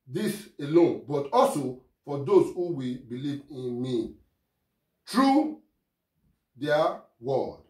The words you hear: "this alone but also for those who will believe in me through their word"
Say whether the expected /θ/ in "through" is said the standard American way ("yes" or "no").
no